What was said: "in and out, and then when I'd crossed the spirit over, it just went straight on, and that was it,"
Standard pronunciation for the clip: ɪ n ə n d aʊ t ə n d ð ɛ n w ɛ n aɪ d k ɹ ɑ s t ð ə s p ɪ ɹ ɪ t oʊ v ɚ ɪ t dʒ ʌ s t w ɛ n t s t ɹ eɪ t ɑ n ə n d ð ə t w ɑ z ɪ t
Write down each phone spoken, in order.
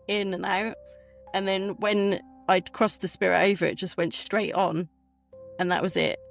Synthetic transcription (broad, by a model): ɪ n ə n aʊ t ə n ð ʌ n w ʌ n aɪ d k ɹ ɑ s ð ə s p ɪ ɹ ɪ t oʊ v ɚ ɪ t dʒ ʌ s t w ɛ n t s t ɹ eɪ t n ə n ð ə t w ɑ z ɪ t